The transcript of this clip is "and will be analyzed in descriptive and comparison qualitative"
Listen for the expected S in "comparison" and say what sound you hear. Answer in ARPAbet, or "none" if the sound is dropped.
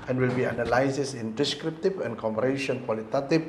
SH